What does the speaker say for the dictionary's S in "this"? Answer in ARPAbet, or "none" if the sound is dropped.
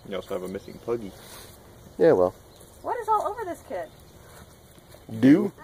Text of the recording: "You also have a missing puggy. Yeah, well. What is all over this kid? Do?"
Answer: S